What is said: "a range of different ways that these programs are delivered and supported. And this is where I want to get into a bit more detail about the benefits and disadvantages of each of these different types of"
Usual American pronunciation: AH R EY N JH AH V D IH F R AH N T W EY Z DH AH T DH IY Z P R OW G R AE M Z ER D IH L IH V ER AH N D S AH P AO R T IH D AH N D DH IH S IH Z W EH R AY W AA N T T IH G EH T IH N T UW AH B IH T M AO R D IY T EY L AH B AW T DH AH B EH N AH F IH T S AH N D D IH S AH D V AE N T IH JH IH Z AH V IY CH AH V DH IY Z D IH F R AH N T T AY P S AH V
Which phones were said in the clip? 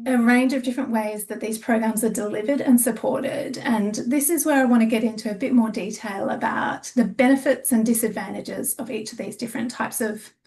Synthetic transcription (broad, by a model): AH R EY N JH AH V D IH F R AH N T W EY Z DH AH T DH IY Z P R OW G R AE M Z ER D IH L IH V ER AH N S AH P AO R T IH D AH N DH IH S IH Z W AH R AY W AA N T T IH G EH T IH N T UW AH B IH T M AO R D IY T EY L AH B AW T DH AH B EH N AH F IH T S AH N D D IH S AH D V AE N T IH JH IH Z AH V IY CH AH V DH IY Z D IH F R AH N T T AY P S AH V